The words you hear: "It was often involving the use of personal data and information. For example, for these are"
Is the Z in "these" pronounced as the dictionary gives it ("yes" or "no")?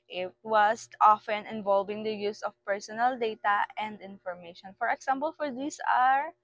no